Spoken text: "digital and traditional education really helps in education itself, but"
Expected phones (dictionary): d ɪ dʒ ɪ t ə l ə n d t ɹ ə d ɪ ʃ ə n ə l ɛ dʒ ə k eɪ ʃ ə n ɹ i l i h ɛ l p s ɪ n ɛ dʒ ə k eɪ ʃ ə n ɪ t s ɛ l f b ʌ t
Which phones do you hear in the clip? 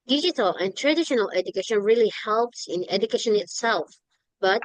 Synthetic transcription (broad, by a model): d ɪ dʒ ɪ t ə l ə n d t ɹ ə d ɪ ʃ ə n ə l ɛ dʒ ə k eɪ ʃ ə n ɹ i l i h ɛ l p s ɪ n ɛ dʒ ə k eɪ ʃ ə n ɪ t s ɛ l f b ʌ t